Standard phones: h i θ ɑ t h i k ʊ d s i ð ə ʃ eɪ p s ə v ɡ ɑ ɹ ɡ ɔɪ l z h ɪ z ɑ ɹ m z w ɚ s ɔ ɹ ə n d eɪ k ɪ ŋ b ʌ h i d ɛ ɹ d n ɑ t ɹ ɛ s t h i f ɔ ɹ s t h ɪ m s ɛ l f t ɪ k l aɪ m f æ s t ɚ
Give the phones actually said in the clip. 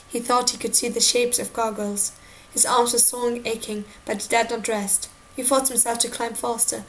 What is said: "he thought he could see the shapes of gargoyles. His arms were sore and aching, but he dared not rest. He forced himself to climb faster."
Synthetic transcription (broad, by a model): h i θ ɑ t h i k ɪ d s i ð ə ʃ eɪ p s ə v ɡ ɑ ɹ ɡ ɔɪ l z h ɪ z ɑ ɹ m z w ɚ s ɔ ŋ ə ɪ k ɪ ŋ b ʌ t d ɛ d n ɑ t ɹ ɛ s t h i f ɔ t h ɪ m s ɛ l f t ɪ k l aɪ m f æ s t ɚ